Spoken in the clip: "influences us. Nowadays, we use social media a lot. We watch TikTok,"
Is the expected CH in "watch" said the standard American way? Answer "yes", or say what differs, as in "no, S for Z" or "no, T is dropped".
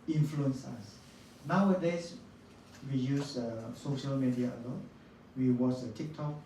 no, S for CH